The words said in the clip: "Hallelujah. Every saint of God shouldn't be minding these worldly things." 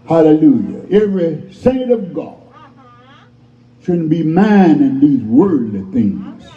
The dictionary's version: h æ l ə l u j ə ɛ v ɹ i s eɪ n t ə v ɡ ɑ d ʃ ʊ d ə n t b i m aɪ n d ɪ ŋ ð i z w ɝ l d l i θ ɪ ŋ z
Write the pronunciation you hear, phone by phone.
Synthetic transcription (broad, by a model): h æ l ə l u j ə ɛ v ɹ i s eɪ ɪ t ə v ɡ ɑ d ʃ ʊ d n b i m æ n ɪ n ð i z w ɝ d l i θ ɪ ŋ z